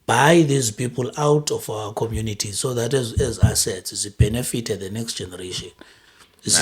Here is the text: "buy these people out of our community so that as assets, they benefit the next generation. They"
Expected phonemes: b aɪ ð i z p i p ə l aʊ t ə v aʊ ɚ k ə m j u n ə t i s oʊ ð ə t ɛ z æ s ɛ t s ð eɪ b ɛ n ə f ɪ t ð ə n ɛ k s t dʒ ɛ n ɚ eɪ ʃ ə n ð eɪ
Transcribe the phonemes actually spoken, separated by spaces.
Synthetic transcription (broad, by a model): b aɪ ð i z p i p ə l aʊ t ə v aʊ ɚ k ə m j u n ə t i s oʊ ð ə t ɛ z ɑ s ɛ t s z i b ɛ n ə f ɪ t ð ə n ɛ k s t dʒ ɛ n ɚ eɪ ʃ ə n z